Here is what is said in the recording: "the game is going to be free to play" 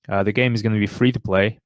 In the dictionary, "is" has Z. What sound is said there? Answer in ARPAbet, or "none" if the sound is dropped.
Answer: Z